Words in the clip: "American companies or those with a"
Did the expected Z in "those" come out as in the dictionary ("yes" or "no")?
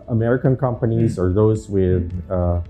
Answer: yes